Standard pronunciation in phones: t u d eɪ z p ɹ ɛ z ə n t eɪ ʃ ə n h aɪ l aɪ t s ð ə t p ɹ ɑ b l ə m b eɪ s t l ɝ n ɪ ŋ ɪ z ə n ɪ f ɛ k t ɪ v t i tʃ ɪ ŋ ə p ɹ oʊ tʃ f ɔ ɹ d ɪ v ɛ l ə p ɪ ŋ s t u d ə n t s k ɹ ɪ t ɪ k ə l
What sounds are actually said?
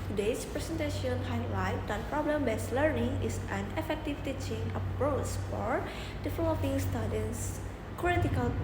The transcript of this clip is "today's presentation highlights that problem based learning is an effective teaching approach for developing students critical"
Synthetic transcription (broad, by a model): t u d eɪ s p ɹ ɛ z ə n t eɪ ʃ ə n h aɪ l aɪ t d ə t p ɹ ɑ b l ə m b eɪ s l ɝ n ɪ ŋ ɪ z ə n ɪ f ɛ k t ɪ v t i tʃ ɪ ŋ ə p ɹ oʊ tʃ f ɔ ɹ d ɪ f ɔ ə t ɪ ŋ s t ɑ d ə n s k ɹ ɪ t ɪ k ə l